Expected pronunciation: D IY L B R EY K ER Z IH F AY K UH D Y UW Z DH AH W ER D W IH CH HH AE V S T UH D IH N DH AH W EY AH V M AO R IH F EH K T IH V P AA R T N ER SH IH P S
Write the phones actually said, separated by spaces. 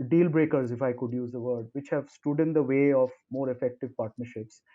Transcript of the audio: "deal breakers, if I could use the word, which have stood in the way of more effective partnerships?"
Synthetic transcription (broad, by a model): D IY L B R EY K ER Z IH F AY K UH D Y UW Z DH AH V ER D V IH CH HH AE V S T UH D IH N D AH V EY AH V M AO R IH F EH K T IH V P AA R T N ER SH IH P S